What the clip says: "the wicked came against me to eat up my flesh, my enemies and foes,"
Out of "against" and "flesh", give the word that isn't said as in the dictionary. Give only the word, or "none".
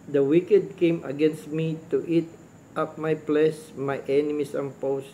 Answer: flesh